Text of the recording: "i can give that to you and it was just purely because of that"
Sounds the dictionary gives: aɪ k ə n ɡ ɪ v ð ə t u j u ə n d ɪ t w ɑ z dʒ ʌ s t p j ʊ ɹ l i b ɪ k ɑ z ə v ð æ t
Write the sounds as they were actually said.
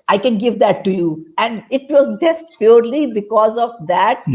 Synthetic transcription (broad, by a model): aɪ k ə n ɡ ɪ v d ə t u j u ə n d ɪ t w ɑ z dʒ ʌ s t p j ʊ ɹ l i b ɪ k ɑ z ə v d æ t